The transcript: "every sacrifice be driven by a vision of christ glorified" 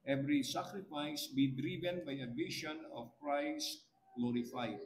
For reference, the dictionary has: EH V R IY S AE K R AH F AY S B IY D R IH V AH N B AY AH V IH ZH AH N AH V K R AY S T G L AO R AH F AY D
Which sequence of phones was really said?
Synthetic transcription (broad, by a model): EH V R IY S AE K R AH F AY S B IY D R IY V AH N B AY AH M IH SH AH N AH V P R AY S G L AO R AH F AY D